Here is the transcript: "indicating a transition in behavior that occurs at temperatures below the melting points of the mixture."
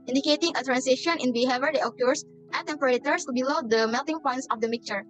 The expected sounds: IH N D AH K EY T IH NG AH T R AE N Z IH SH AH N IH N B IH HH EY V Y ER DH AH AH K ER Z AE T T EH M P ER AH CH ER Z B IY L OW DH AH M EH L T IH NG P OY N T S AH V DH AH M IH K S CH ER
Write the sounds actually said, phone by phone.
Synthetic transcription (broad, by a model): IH N D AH K EY T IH NG AH T R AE N S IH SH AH N IH N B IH HH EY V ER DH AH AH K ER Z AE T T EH M P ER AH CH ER S B IY L OW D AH M EH L T IH NG P OY N T S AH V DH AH M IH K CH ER